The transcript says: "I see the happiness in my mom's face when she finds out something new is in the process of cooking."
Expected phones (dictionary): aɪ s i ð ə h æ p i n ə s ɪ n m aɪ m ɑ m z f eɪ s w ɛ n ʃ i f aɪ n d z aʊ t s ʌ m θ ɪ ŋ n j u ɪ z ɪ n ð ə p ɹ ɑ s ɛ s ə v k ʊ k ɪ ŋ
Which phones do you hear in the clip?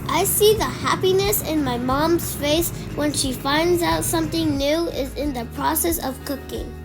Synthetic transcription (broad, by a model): aɪ s i ð ə h æ p i n ə s ɪ n m aɪ m ɑ m z f eɪ s w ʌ n ʃ i f aɪ n d z aʊ t s ʌ m θ ɪ ŋ n j u ɪ z ɪ n ð ə p ɹ ɑ s ɛ s ə v k ʊ k ɪ ŋ